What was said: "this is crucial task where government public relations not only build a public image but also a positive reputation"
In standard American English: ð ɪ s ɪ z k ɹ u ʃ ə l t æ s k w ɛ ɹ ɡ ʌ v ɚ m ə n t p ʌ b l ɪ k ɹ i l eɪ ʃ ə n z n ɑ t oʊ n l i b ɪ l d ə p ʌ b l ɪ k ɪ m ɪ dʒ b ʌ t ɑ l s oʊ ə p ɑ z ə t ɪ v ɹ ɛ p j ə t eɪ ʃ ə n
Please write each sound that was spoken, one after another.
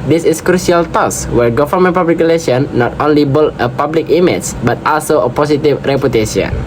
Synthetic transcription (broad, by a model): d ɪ s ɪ s k ɹ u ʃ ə l t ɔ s w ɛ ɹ ɡ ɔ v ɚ m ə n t p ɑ b l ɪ k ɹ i l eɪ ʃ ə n n ɑ t oʊ n l i b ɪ l ə p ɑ b l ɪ k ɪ m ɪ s b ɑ t ɑ l s oʊ ə p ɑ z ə t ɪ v ɹ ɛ p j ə t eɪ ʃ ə n